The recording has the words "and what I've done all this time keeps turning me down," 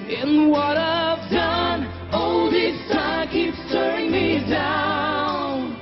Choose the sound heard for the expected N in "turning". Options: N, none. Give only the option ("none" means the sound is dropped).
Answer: none